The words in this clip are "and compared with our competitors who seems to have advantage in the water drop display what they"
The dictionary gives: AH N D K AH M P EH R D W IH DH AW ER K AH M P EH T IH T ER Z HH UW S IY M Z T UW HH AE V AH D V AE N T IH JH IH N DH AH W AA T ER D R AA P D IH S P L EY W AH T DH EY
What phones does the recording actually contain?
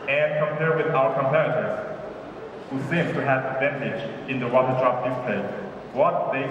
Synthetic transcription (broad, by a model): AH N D K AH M P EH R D W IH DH AW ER K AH M P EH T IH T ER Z HH UW S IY M T UW HH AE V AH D V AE N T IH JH IH N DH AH W AA T ER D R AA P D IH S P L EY W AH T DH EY